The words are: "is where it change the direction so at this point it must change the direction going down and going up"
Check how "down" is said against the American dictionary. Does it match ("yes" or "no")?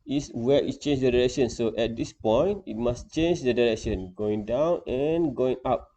yes